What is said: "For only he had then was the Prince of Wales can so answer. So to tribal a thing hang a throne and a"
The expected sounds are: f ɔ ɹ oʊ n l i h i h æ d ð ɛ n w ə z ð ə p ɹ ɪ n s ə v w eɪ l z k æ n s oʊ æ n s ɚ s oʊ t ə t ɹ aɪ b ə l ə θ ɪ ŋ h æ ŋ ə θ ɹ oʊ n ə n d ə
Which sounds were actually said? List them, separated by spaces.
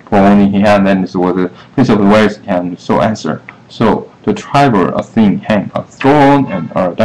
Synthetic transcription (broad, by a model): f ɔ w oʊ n i h i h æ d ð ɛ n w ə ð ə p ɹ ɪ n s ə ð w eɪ z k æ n s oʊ æ n s ɚ s oʊ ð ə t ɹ aɪ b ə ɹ ə θ ɪ ŋ h æ ŋ ə θ ɹ oʊ n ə n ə